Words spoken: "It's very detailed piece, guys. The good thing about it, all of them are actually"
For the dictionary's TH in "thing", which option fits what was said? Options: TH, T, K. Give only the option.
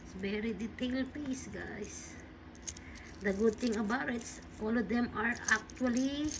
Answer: T